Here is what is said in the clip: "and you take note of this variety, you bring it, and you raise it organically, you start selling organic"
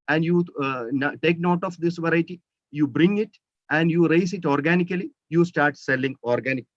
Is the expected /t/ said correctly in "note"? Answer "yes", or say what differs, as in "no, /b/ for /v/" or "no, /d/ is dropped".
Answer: yes